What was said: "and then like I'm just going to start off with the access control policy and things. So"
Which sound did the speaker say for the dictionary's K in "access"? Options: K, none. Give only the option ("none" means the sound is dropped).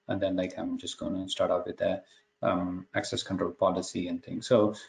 K